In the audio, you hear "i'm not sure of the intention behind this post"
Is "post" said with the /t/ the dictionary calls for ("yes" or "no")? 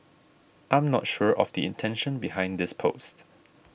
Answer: yes